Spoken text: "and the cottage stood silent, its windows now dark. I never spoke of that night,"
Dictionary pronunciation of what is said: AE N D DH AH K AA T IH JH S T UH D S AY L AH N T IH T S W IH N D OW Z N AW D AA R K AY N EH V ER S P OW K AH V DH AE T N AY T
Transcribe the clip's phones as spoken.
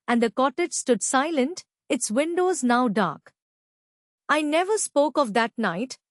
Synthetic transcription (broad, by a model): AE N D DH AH K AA T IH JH S T UH D S AY L AH N T IH T S W IH N D OW Z N AW D AA R K AY N EH V ER S P OW K AH V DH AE T N AY T